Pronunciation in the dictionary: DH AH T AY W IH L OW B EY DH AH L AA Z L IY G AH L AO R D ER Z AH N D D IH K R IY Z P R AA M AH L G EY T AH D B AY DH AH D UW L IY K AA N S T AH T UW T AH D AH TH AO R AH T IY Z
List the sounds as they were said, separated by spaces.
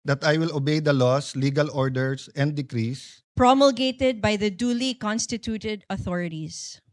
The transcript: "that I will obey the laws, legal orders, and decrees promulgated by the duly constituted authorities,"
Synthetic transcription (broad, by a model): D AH T AY W IH L OW B EY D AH L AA S L IY G AH L AO R D ER S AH N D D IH K R IY S P R AA M AH L G EY T AH D B AY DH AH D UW L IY K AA N S T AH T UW T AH D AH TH AO R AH T IY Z